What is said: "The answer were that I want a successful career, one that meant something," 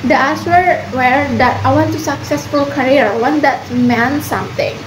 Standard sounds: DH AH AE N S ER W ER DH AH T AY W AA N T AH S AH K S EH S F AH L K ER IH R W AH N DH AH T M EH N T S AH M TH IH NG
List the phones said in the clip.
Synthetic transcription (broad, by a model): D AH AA S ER W ER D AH T AY W AA N T AH S AH K S EH S F AH L K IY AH R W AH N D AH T M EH N S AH M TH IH NG